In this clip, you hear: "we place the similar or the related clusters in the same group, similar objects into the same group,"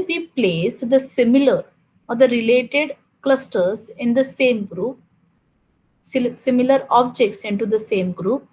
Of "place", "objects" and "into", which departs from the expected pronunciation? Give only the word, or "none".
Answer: none